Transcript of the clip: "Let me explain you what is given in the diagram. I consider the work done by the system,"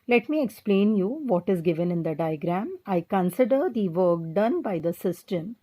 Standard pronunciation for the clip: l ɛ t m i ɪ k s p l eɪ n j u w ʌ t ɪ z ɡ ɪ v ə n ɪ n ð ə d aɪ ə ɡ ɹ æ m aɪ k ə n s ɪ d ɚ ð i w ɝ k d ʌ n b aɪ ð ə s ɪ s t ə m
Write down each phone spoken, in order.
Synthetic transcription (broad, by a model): l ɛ t m i ɪ k s p l eɪ n j u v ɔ t ɪ z ɡ ɪ v ə n ɪ n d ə d aɪ ə ɡ ɹ æ m aɪ k ə n s ɪ d ɚ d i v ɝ k d ʌ n b aɪ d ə s ɪ s t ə m